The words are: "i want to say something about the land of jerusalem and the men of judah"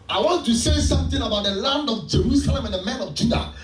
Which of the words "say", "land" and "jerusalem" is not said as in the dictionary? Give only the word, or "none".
none